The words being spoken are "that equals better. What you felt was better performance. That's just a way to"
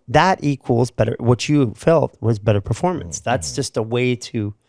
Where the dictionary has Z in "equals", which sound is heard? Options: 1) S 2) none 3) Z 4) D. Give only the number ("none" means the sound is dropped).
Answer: 3